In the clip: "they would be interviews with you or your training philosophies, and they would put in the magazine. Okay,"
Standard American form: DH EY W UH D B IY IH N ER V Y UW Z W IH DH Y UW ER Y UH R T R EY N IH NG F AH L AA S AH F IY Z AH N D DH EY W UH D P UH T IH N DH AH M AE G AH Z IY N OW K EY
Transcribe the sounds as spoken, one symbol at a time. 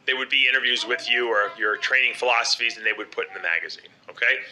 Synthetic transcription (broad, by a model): DH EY W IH D B IY IH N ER V Y UW Z W IH DH Y UW ER Y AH R T R EY N IH NG F AH L AA S AH F IY Z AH N DH EY W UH D P UH T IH N DH AH M AE G AH Z IY N OW K EY